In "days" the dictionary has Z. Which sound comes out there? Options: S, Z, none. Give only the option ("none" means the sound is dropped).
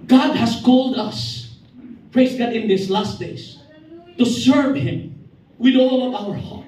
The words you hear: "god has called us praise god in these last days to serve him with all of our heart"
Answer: S